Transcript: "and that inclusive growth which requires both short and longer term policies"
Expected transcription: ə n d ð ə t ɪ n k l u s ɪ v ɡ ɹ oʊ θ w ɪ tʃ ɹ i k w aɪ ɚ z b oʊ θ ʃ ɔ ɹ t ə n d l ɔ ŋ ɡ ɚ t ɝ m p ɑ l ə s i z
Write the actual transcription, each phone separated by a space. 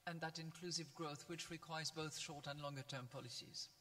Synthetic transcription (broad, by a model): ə n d ð ə t ɪ n k l u s ɪ v ɡ ɹ oʊ θ w ɪ tʃ ɹ i k w aɪ ɚ z b oʊ θ ʃ ɔ ɹ t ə n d l ɔ ŋ ɡ ɚ t ɝ m p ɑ l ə s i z